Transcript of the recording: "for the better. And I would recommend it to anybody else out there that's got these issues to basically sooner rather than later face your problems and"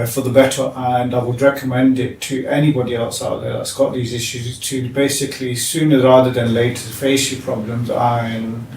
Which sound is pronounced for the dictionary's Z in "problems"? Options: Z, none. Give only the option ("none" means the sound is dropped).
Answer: Z